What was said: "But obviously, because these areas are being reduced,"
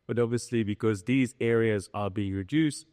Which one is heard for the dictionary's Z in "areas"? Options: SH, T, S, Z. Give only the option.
Z